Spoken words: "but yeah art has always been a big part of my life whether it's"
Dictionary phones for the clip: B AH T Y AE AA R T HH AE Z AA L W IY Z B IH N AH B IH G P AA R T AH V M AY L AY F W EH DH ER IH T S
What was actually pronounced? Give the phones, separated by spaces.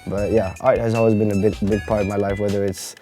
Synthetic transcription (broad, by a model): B AH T Y AE AA R T HH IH Z AA L W IY Z B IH N AH B IH G P AA R T AH V M AY L AY F W EH DH ER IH T S